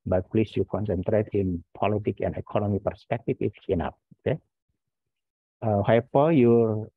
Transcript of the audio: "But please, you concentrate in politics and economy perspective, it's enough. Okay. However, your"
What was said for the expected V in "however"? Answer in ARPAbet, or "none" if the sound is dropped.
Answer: P